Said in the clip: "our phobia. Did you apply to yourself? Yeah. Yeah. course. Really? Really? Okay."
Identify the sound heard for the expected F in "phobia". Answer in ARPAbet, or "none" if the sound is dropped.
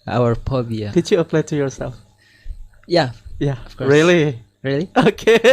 P